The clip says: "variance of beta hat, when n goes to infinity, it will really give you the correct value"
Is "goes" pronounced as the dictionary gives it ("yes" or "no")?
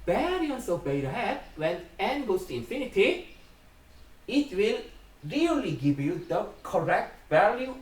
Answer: no